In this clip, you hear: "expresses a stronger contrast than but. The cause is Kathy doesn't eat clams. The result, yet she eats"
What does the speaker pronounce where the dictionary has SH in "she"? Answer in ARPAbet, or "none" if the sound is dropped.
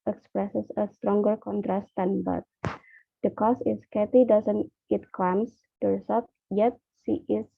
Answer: S